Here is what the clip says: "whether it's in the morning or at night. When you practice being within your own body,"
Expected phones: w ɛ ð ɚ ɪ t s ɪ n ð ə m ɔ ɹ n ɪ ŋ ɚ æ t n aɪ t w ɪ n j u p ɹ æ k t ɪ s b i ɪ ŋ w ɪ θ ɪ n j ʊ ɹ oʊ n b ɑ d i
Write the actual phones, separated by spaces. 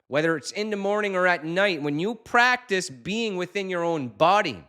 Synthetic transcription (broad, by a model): w ɛ ð ɚ ɪ t s ɪ n ð ə m ɔ ɹ n ɪ ŋ ɚ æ t n aɪ t w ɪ n j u p ɹ æ k t ɪ s b i ɪ ŋ w ɪ θ ɪ n j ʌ ɹ oʊ n b ɑ d i